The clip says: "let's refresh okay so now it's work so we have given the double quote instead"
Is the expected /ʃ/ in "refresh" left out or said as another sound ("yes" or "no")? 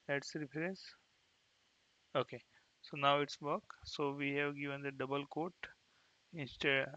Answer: yes